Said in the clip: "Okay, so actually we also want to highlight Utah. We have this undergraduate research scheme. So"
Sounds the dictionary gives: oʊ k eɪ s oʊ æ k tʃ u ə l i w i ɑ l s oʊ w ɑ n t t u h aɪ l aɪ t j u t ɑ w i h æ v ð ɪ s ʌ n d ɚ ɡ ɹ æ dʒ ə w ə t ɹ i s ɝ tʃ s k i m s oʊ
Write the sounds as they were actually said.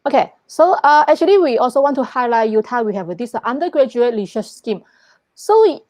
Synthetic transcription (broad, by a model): oʊ k eɪ s oʊ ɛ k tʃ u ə l i w i ɑ l s oʊ w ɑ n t t u h aɪ l aɪ t j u t ɑ w i h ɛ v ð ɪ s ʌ n d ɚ ɡ ɹ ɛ dʒ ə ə t l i ʃ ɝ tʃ s k i m s oʊ